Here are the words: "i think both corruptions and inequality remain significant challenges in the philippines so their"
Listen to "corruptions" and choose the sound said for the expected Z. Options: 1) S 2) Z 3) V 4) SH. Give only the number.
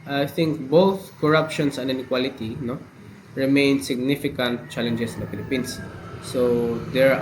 1